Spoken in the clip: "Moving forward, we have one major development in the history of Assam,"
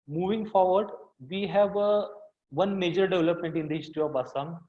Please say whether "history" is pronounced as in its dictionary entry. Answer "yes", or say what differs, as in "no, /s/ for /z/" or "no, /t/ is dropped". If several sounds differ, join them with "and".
no, /ɹ/ is dropped